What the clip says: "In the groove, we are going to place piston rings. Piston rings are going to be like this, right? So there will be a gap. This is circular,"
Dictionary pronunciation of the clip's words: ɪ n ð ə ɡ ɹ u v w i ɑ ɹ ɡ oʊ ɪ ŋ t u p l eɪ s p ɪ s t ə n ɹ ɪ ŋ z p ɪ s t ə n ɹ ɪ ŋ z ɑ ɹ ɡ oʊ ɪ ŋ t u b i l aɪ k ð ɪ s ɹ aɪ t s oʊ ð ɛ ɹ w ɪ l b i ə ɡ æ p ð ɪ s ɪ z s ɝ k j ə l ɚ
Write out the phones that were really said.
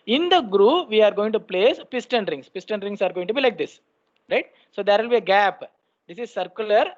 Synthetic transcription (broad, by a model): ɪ n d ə ɡ ɹ u v i ɑ ɹ ɡ oʊ ɪ ŋ t u p l eɪ s p ɪ s t ə n ɹ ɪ ŋ s p ɪ s t ə n ɹ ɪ ŋ s ɑ ɹ ɡ oʊ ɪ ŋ t u b i l aɪ k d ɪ s ɹ aɪ t s oʊ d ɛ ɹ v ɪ l b i ə ɡ æ p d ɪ s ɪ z s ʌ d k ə l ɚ